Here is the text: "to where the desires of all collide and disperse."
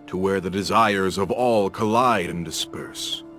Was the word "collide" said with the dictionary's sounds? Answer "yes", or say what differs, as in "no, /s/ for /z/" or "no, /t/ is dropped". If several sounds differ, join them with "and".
yes